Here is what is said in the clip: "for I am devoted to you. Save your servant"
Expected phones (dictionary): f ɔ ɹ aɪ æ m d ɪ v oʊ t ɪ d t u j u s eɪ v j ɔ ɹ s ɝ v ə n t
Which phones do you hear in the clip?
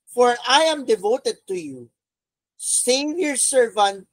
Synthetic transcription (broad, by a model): f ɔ ɹ aɪ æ m d ɪ v oʊ t ɪ d t u j u s eɪ v j ɔ ɹ s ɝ v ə n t